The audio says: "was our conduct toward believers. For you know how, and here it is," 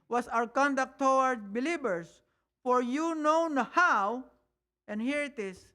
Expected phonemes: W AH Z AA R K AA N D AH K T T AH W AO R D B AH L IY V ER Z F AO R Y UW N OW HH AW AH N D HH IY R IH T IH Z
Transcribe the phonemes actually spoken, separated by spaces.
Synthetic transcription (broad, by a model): W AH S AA W K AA N D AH K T T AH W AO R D B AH L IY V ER S F AO R Y UW N OW HH AW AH N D HH IY R IH T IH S